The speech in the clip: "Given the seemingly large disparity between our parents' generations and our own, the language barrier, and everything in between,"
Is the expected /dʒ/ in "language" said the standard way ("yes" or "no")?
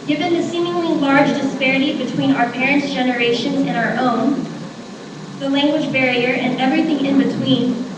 yes